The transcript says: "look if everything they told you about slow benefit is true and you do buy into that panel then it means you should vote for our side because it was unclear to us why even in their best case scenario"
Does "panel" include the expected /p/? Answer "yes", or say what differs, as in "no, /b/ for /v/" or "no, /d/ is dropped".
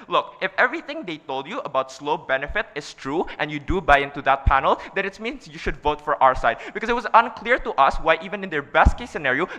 yes